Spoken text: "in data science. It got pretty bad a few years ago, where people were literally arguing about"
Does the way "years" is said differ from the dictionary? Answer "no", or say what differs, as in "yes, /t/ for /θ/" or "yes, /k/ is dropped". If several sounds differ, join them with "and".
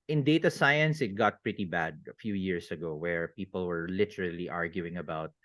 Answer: yes, /s/ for /z/